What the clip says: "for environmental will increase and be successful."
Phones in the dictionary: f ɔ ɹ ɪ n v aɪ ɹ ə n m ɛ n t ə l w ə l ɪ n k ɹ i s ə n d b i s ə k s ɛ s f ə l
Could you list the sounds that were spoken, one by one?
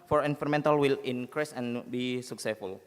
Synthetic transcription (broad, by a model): f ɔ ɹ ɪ n f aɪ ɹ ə m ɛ n t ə l w ə l ɪ n k ɹ i s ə n b i s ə k s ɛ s f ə l